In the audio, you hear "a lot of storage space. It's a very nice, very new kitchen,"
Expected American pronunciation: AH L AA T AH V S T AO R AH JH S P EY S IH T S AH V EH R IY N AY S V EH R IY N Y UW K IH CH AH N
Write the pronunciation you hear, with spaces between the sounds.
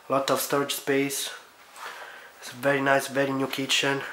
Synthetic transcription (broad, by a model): L AA T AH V S T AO R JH S P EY IH S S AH V EH R IY N AY S V EH R IY N Y UW K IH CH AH N